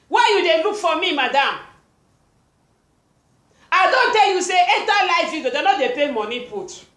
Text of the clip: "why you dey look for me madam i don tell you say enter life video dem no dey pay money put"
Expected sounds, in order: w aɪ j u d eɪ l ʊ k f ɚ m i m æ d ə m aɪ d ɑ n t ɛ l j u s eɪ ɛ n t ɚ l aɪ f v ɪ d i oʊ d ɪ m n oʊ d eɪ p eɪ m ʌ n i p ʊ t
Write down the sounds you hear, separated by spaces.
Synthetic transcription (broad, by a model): w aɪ j u d eɪ l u k f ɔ m i m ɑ d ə m aɪ d ɑ n t ɛ l j u s eɪ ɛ t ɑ l aɪ f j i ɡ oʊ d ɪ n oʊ d eɪ p eɪ m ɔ n i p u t